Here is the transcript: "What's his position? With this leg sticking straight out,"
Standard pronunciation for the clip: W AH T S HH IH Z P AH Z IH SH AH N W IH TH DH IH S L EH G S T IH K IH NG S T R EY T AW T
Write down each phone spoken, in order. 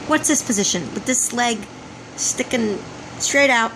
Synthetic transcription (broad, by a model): W AH T S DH IH S P AH Z IH SH AH N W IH DH IH S L EH G S T IH K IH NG S T R EY T AW T